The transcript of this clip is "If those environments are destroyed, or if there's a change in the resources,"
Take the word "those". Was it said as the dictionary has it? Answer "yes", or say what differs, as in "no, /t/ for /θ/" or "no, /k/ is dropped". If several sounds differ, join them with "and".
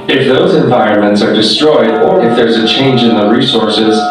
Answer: yes